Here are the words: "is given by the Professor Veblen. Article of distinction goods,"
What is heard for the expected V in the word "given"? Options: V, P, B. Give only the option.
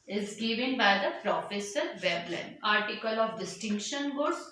V